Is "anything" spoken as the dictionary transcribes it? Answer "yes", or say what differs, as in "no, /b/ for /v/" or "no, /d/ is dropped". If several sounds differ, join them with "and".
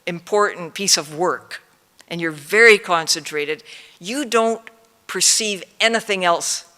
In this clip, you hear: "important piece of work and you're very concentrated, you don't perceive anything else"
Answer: yes